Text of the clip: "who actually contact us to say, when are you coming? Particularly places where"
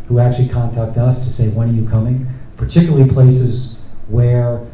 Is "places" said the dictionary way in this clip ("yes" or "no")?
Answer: yes